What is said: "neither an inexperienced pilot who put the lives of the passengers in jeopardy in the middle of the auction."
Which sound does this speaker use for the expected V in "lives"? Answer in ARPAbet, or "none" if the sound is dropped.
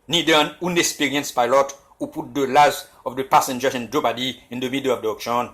none